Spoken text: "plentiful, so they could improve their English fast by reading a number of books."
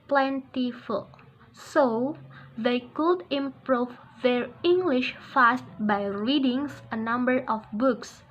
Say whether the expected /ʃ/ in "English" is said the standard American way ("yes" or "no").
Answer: yes